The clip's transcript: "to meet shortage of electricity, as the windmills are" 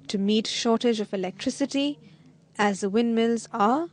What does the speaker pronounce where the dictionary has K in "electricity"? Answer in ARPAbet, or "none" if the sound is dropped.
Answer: K